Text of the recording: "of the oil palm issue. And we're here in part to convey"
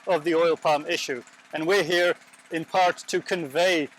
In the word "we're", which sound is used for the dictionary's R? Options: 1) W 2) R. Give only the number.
2